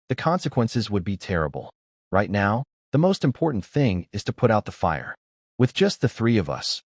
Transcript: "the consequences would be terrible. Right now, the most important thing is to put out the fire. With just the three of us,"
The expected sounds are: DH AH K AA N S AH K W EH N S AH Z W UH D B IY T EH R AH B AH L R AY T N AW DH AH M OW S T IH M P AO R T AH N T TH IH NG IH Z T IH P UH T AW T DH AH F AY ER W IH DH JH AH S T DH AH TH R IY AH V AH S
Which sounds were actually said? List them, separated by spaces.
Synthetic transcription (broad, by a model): DH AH K AA N S AH K W EH N S AH Z W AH D B IY T EH R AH B L R AY T N AW DH AH M OW S T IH M P AO R T N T TH IH NG IH Z T IH P UH T AW T DH AH F AY ER W IH DH JH AH S T DH AH TH R IY AH V AH S